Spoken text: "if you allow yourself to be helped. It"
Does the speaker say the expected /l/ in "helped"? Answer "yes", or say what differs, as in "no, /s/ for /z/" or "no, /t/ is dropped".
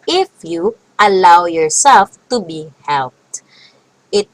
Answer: yes